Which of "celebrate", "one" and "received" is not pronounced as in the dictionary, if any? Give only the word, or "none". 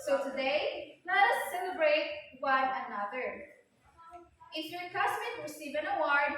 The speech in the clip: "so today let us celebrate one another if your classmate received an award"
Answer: received